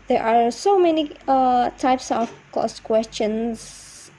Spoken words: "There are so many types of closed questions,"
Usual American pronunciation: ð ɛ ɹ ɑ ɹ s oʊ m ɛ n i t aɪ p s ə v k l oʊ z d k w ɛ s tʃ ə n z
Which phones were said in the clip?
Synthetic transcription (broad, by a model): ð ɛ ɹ ɑ ɹ s oʊ m ɛ n i t aɪ p s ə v k oʊ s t k w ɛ s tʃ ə n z